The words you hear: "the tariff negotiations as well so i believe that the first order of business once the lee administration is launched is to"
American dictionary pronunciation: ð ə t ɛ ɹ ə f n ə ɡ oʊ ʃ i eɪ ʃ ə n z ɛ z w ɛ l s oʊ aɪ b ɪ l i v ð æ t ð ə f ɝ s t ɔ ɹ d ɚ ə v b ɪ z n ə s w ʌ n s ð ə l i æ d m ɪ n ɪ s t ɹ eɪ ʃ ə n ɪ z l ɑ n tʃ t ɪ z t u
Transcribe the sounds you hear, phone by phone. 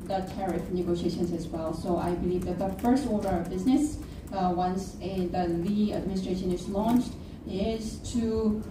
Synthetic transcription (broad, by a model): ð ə t ɛ ɹ ə f n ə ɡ oʊ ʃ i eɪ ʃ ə n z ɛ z w ɛ l s oʊ aɪ b ɪ l i v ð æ t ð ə f ɝ s t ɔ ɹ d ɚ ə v b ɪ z n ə s w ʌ n s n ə l i æ d m ɪ n ɪ s t ɹ eɪ ʃ ə n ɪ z l ɑ n tʃ t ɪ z t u